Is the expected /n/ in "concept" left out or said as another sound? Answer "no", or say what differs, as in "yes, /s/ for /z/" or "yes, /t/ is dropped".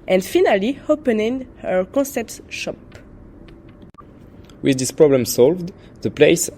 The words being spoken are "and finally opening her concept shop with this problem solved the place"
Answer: yes, /n/ is dropped